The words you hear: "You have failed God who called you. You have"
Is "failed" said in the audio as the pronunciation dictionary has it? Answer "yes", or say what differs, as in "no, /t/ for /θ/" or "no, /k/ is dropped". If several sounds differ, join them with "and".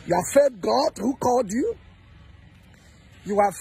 no, /l/ is dropped